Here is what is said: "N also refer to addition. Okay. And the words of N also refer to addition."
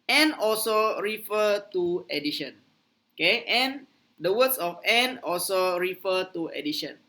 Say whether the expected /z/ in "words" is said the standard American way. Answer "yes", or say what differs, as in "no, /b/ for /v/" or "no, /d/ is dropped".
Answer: no, /s/ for /z/